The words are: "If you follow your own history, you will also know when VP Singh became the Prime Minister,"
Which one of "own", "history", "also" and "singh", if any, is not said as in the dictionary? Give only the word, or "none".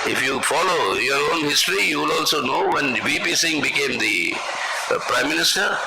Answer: none